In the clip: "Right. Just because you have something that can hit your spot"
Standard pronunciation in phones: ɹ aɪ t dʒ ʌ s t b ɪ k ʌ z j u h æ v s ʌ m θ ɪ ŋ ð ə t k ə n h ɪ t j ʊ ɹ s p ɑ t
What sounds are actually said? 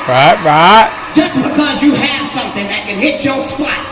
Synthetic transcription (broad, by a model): ɹ aɪ t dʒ ʌ s b ɪ k ʌ z j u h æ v s ʌ m θ ɪ ŋ ð ə t k ə n h ɪ t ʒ ʊ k s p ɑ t